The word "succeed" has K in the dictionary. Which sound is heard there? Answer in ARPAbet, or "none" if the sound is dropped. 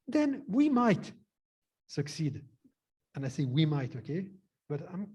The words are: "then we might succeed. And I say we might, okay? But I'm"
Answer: K